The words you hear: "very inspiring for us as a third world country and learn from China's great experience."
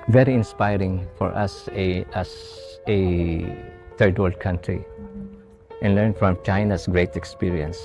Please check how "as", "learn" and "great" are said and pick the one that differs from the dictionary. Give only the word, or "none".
as